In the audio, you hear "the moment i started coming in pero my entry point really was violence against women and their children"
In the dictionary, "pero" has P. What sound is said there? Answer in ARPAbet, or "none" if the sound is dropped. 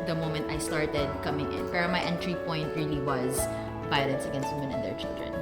F